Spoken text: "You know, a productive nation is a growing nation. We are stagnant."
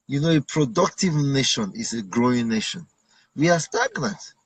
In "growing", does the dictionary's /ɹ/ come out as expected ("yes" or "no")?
yes